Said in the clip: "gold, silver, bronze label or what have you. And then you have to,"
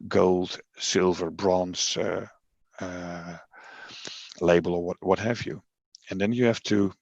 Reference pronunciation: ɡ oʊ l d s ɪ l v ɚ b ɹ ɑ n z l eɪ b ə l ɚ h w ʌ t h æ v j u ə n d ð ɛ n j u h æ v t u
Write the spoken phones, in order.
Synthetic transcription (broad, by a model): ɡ oʊ l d s ɪ l v ɚ b ɹ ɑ n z l eɪ b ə l ɚ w w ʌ t h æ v j u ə n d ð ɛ n j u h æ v t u